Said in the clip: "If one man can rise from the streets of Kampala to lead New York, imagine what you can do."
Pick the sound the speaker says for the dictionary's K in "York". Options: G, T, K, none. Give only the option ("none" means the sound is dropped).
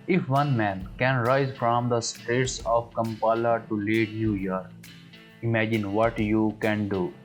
none